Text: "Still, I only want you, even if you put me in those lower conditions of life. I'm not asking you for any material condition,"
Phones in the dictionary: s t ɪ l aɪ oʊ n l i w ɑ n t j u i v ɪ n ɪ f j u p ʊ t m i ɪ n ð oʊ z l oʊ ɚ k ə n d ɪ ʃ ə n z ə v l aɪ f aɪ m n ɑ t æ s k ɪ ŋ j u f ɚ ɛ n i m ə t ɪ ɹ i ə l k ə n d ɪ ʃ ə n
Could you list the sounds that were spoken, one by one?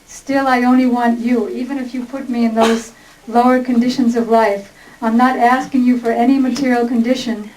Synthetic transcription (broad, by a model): s t ɪ l aɪ oʊ n l i w ɑ n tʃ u i v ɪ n ɪ f j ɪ p ʊ t m i ɪ n ð oʊ z l oʊ ɚ k ə n d ɪ ʃ ə n z ə v l aɪ f aɪ m n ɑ t æ s k ɪ ŋ j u f ɚ ɛ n i m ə t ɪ ɹ i l k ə n d ɪ ʃ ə n